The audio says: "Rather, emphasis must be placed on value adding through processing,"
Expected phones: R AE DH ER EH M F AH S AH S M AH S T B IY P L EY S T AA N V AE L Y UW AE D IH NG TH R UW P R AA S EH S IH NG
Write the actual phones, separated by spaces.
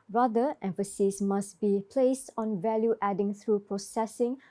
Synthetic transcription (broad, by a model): R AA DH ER EH M F AH S AH S M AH S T B IY P L EY S T AA N V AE L Y UW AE D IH NG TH R UW P R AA S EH S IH NG